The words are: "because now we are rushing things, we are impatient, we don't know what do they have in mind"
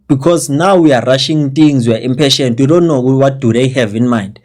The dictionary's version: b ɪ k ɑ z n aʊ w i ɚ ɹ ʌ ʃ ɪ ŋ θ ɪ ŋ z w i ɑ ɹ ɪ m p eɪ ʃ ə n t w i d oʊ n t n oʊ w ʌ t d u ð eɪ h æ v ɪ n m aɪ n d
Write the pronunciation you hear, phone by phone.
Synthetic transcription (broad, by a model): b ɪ k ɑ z n aʊ w i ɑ ɹ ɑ ʃ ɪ ŋ t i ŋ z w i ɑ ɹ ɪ m p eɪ ʃ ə n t w i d oʊ n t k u w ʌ t d u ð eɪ h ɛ v ɪ n m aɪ n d